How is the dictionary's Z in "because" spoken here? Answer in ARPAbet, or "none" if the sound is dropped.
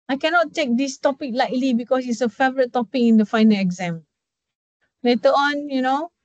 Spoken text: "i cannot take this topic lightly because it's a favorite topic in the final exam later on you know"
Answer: S